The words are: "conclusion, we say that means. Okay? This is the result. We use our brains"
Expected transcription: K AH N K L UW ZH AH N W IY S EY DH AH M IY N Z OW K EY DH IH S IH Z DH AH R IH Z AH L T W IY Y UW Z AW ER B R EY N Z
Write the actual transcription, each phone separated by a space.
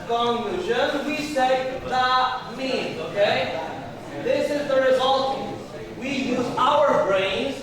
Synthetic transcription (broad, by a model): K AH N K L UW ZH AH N W IY S EY DH AH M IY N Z OW K EY DH IH S IH Z DH AH R IH Z AH L T W IY Y UW Z AW ER B R EY N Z